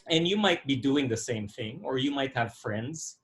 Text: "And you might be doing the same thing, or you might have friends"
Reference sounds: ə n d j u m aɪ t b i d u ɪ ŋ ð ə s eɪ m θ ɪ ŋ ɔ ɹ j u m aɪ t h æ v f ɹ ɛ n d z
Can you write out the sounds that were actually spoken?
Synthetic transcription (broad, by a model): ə n j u m aɪ t b i d u ɪ ŋ ð ə s eɪ m θ ɪ ŋ ɔ ɹ j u m aɪ t h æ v f ɹ ɛ n d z